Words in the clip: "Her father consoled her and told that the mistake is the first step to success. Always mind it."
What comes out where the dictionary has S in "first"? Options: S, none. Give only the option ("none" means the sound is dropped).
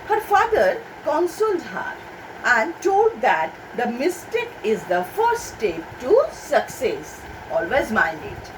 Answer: none